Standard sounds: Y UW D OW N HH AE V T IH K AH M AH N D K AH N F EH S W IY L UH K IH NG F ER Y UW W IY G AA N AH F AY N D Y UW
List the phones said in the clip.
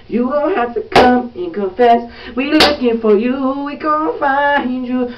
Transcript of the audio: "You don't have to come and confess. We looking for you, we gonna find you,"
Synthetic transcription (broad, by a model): Y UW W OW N HH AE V T IH K AH M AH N K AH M F EH S W IY L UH K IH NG F ER Y UW W IY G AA AH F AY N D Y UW